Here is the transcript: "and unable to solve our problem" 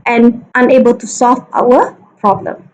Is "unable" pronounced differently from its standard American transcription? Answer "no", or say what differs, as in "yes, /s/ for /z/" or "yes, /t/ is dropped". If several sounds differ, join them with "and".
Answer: no